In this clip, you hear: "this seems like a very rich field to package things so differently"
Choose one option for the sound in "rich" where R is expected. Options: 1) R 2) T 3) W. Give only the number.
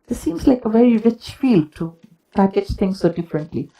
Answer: 1